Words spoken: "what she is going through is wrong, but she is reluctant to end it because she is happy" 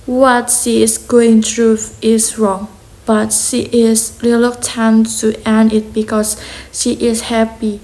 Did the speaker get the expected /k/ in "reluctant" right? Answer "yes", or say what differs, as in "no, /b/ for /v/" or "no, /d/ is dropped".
no, /k/ is dropped